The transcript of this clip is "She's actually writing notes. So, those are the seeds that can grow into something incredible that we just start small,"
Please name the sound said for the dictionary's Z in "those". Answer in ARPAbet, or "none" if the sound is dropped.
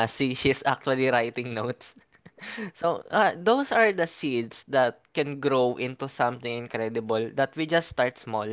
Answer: S